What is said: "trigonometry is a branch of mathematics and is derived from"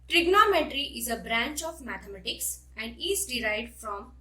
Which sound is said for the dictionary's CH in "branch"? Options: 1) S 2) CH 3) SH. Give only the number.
2